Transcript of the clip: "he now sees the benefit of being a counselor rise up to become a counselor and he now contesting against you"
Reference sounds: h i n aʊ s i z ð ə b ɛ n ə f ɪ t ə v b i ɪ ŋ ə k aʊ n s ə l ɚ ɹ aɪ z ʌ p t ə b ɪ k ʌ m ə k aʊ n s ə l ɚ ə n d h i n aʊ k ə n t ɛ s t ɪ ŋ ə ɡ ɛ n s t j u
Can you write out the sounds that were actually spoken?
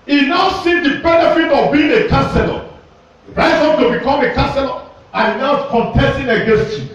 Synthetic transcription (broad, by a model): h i n aʊ s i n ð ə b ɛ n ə f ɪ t ə v b i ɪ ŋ ə k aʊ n s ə l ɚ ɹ aɪ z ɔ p t ə b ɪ k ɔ m ə k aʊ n s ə l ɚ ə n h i n aʊ k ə n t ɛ s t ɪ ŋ ə ɡ ɛ n s t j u